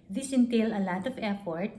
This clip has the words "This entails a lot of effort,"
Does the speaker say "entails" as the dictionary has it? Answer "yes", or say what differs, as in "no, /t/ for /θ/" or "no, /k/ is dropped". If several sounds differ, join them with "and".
no, /z/ is dropped